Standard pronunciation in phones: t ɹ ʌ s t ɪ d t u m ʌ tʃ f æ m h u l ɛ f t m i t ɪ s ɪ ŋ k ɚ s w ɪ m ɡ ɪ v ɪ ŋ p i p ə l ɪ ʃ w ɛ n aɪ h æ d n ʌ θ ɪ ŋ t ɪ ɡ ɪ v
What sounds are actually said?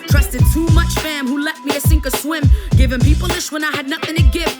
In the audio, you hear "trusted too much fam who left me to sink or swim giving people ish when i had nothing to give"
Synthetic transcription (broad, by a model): t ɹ ʌ s t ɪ d t u m ʌ tʃ f æ m h u l ɛ t m i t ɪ s ɪ ŋ k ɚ s w ɪ m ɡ ɪ v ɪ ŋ p i p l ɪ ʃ w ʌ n aɪ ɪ d n ʌ θ ɪ ŋ t ɪ ɡ ɪ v